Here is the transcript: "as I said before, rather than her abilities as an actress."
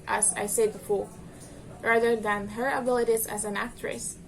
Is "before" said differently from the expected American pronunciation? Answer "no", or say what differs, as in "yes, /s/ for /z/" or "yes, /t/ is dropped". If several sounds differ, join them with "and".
yes, /l/ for /ɹ/